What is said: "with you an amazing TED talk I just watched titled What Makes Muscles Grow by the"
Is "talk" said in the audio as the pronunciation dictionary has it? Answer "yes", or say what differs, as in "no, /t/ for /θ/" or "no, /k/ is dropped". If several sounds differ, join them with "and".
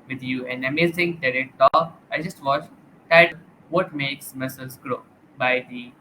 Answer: no, /k/ is dropped